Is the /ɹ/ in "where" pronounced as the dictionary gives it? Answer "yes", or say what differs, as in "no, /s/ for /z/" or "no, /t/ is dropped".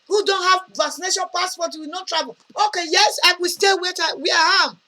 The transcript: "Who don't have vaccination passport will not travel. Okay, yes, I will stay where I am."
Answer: no, /w/ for /ɹ/